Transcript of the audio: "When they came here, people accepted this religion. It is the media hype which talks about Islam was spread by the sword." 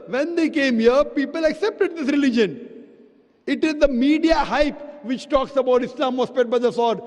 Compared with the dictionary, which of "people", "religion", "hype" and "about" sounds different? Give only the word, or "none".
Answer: none